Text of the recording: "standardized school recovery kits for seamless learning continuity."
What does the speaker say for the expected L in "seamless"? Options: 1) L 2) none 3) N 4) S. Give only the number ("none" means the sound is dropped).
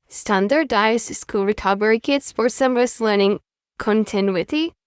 2